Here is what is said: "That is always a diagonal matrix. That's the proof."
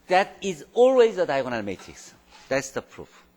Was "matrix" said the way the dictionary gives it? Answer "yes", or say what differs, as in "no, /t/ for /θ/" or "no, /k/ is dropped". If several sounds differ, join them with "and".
no, /ɹ/ is dropped